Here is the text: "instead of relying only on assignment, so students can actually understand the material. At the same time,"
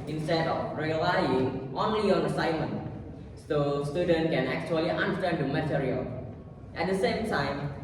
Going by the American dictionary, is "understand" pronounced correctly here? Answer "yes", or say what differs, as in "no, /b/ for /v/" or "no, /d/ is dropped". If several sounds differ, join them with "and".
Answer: no, /s/ is dropped